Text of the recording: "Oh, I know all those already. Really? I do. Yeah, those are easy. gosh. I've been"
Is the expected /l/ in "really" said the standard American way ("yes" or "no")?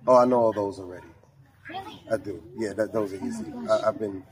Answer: no